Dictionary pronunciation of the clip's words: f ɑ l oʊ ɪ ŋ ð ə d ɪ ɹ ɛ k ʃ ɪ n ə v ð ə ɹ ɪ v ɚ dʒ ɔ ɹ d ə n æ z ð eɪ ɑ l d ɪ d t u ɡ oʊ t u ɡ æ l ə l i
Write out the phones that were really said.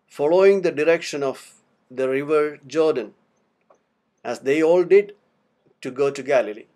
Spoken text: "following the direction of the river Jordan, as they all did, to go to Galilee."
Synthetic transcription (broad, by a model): f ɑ l oʊ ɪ ŋ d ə d ɪ ɹ ɛ k ʃ ɪ n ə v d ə ɹ ɪ v ɚ dʒ ɔ ɹ d ə n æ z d eɪ ɑ l d ɪ d t u ɡ oʊ t u ɡ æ l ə l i